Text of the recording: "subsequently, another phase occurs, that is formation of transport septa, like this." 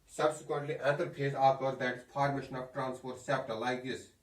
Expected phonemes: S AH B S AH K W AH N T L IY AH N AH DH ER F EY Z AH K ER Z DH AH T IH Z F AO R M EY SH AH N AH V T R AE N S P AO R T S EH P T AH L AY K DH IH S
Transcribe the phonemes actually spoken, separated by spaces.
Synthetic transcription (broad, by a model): S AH B S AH K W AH N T L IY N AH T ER P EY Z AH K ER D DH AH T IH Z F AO R M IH SH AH N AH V T R AE N S P AO R T S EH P T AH L AY K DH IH S